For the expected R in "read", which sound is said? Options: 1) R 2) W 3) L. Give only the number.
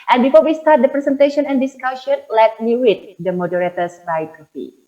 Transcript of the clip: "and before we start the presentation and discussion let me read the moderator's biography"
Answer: 2